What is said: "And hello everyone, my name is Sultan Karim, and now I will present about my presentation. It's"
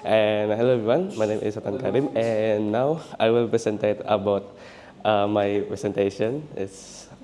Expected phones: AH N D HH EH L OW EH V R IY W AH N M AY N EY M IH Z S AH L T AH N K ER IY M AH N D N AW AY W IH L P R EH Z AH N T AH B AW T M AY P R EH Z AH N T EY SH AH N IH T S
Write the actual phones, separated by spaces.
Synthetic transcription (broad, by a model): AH N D HH EH L OW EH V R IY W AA N M AY N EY M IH S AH T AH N K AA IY M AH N N AW AY W IH L P R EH S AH N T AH B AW T M AY P R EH S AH N T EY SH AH N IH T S